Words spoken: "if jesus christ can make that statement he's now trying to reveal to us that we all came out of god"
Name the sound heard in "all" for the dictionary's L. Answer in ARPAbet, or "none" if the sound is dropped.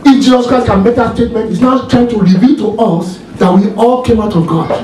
L